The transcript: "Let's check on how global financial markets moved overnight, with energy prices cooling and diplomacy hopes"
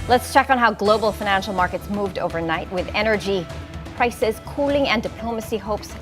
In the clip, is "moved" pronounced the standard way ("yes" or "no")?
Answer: yes